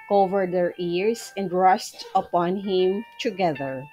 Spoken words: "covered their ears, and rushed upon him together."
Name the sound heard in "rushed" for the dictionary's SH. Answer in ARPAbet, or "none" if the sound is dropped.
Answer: S